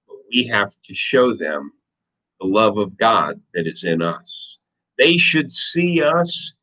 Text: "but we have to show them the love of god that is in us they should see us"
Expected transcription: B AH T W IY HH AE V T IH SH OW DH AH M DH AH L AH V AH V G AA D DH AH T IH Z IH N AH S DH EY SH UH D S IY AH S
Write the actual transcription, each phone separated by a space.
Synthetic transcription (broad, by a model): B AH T W IY HH AE F T IH SH OW DH AH M DH AH L AH V AH V G AA D DH AH T IH Z IH N AH S DH EY SH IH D S IY AH S